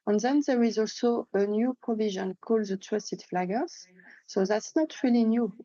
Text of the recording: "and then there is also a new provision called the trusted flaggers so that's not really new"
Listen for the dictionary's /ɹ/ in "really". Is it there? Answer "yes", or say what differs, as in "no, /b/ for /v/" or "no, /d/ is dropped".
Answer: yes